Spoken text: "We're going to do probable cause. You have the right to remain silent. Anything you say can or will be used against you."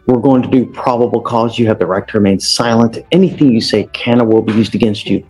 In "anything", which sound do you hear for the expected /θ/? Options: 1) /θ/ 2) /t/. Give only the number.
1